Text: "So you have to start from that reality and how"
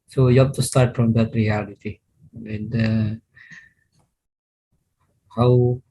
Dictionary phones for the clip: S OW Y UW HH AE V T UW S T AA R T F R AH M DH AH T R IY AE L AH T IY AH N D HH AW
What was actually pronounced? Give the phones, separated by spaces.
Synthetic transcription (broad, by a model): S OW Y UW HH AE P T UW S T AA R T F R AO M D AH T R IY AE L AH T IY AH N D HH AW